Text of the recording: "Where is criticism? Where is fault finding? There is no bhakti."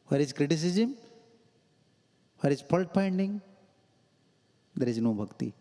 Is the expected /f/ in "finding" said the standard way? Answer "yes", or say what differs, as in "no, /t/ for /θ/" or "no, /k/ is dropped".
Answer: no, /p/ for /f/